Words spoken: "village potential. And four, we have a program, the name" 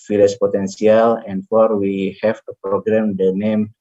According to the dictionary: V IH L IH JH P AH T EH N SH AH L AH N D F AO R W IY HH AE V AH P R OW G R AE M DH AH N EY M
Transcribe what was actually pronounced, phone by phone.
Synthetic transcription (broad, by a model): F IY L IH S P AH T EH N S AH L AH N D F AO R W IY HH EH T AH P R OW G R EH M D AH N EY M